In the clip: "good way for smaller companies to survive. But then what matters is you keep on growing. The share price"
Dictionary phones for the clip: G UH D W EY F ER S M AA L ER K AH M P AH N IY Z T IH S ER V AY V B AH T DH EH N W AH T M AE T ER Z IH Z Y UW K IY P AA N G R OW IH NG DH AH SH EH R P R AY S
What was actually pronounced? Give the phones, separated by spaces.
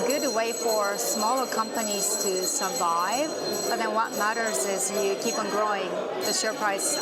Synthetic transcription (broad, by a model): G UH D W EY F ER S M AA L ER K AH M P AH N IY Z T IH S ER V AY V B AH T DH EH N W AH T M AE T ER Z IH Z Y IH K IY P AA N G R OW IH NG DH AH SH EH R P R AY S